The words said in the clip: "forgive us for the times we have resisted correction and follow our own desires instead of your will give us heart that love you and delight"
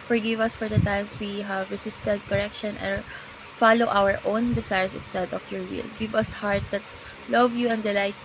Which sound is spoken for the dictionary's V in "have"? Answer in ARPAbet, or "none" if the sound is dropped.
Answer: V